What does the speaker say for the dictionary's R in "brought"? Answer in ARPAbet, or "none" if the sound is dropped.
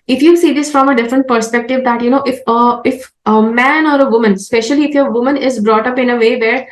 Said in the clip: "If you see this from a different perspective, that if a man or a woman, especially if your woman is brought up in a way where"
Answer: R